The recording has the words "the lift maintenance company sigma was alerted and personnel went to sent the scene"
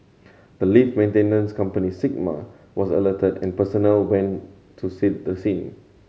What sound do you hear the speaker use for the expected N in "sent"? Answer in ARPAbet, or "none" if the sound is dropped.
none